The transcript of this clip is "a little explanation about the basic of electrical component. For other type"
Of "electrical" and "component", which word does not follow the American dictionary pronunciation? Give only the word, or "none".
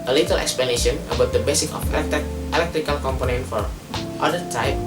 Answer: none